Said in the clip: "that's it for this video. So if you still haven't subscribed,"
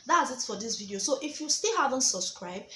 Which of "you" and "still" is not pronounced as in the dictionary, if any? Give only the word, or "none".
none